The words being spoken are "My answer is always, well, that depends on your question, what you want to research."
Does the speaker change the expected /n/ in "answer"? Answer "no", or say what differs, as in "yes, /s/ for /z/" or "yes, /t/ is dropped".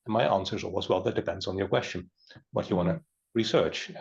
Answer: no